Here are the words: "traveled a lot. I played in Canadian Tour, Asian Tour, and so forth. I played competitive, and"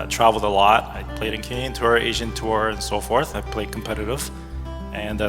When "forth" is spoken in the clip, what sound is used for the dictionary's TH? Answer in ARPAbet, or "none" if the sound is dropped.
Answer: TH